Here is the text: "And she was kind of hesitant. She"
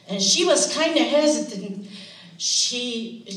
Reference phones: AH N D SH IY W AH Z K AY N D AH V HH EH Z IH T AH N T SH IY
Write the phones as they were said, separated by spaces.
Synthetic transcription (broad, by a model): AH N SH IY W AH Z K AY N D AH HH EH Z IH T AH N T SH IY